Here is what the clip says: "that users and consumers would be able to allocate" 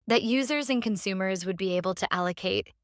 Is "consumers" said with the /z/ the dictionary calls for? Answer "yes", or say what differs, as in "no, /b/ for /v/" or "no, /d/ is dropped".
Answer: yes